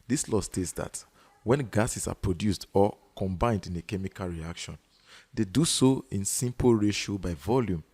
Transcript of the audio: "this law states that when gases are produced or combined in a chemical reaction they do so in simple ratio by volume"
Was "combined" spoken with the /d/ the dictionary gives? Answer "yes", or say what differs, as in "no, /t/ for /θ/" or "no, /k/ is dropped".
yes